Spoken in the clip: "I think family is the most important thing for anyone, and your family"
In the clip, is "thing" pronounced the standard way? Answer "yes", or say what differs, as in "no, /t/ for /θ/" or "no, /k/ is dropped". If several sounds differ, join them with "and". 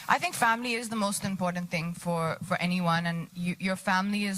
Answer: yes